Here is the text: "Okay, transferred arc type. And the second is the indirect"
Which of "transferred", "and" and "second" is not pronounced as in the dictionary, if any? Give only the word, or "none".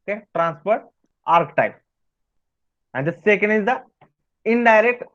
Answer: transferred